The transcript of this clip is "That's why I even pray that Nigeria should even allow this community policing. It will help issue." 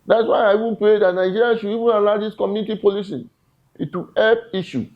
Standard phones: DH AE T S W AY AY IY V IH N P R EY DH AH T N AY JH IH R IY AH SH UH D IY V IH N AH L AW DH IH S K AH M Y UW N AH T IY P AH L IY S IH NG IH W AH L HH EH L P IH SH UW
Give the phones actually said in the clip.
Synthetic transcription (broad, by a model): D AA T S W AY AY IY V IH N P R EY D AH T N AY JH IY R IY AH SH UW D IY V IH N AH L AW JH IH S K AH M Y UW N AH T IY P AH L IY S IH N IH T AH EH P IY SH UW